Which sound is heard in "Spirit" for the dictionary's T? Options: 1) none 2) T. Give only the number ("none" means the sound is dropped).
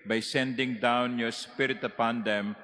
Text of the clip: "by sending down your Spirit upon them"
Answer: 2